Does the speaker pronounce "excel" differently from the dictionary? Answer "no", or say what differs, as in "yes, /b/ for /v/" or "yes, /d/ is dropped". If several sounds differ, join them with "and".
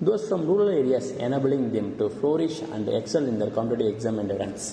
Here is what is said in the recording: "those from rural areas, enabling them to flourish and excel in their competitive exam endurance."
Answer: no